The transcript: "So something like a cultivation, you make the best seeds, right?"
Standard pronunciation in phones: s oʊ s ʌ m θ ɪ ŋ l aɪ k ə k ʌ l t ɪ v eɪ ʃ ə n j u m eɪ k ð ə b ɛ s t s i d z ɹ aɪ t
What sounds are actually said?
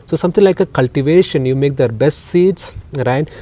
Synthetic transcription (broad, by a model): s oʊ s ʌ m t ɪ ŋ l aɪ k ə k ʌ l t ɪ v eɪ ʃ ə n j u m eɪ k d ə b ɛ s t s i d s ɹ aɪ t